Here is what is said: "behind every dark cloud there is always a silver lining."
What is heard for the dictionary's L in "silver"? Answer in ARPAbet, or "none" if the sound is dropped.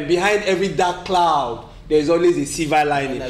none